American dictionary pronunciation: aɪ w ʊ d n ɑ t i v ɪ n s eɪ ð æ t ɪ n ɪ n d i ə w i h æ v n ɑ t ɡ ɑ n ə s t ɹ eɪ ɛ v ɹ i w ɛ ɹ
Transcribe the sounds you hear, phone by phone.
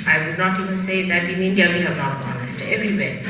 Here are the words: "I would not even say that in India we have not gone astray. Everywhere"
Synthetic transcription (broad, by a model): aɪ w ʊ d n ɑ t i v ɪ n s eɪ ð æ t ɪ n ɪ n d i ə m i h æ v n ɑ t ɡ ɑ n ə s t eɪ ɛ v ɹ i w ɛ